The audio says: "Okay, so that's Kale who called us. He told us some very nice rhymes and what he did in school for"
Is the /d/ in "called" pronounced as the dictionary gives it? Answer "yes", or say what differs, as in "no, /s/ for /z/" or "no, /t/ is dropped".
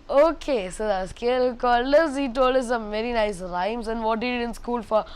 no, /d/ is dropped